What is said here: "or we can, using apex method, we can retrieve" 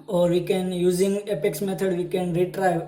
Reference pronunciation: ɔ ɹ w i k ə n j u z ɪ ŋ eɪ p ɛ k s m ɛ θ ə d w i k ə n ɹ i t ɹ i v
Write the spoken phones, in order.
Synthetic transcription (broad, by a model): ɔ ɹ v i k ə n j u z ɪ ŋ eɪ p ɛ k s m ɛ t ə d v i k ə n ɹ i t ɹ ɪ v